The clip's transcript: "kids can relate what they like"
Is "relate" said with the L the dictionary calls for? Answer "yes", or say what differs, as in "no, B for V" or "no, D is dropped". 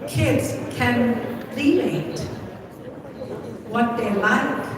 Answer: no, N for L